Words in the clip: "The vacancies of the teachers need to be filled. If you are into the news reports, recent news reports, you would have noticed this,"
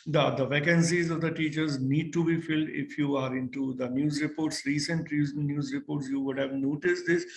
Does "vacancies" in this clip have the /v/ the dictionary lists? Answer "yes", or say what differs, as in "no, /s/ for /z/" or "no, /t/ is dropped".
yes